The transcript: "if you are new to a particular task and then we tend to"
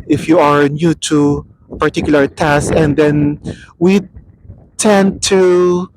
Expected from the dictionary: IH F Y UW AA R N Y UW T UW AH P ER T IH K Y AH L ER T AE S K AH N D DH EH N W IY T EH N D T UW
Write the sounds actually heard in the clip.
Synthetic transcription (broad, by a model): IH F Y UW AA R N Y UW T UW P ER T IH K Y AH L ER T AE S AH N D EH N W IY T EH N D T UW